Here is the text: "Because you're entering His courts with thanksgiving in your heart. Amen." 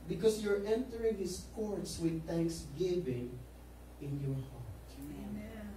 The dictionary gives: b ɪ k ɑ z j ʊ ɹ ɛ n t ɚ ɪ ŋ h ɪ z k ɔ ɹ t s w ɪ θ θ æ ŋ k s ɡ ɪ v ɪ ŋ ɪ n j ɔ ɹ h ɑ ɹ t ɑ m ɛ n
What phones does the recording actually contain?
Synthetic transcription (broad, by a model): b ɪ k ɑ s j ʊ ɹ ɛ n t ɚ ɪ ŋ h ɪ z k ɔ ɹ t s w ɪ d θ æ ŋ k s ɡ ɪ v ɪ ŋ ɪ n j ɔ ɹ h ɑ ɹ t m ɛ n